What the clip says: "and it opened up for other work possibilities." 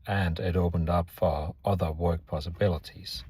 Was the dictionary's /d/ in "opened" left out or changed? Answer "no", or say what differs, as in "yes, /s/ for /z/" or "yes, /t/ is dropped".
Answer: no